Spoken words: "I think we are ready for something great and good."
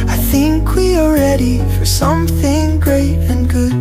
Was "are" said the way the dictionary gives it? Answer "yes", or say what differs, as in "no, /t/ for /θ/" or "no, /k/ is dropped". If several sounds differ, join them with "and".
no, /l/ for /ɹ/